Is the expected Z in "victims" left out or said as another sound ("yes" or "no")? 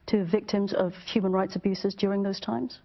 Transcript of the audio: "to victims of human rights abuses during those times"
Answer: no